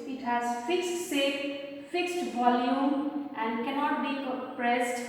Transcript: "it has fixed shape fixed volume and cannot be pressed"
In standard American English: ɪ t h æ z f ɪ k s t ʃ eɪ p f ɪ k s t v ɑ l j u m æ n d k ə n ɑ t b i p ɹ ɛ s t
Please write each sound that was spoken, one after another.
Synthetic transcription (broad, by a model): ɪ t h æ z f ɪ k s t s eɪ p f ɪ k s t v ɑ l j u m æ n d k ə n ɑ t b i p ɹ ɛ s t